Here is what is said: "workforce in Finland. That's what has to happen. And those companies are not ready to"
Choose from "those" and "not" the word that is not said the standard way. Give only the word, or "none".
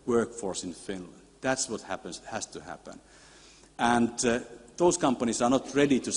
those